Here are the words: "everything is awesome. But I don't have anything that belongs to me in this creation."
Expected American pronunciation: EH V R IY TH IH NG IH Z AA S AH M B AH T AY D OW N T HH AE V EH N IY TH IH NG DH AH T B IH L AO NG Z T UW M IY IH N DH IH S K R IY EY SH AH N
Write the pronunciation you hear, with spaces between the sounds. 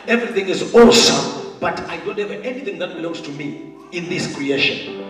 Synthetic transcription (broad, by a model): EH V R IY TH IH NG IH Z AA S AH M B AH T AY D OW N T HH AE V EH N IY TH IH NG DH AH T B IH L AO NG Z T UW M IY IH N DH IH S K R IY EY SH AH N